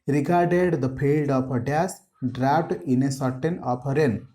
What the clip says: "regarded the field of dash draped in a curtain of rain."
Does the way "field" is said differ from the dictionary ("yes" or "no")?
yes